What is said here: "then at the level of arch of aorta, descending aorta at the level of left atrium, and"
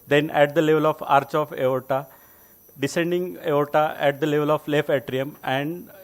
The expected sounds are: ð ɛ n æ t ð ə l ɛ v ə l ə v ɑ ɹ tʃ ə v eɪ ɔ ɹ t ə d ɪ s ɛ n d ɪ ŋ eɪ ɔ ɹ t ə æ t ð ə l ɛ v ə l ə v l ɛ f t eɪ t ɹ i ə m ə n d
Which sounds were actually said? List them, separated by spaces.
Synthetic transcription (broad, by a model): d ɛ n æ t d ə l ɛ v ə l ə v ɑ ɹ tʃ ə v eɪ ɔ t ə d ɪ s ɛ n d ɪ ŋ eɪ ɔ t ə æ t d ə l ɛ v ə l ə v l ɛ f eɪ t ɹ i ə m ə n d